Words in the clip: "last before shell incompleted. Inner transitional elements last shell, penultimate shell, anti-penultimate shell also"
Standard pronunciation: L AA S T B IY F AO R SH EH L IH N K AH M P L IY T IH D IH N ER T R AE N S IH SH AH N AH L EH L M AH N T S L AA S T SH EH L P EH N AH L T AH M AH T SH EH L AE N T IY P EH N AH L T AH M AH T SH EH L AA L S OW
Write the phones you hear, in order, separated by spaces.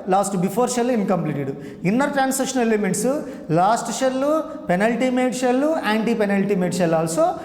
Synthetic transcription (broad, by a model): L AA S T B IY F AO R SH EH L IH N K AH M P L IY T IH D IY N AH T R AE N S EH SH AH N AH L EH M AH T S L AA S T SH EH L P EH N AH L T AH M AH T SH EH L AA N T IY P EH N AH L T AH M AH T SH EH L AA L S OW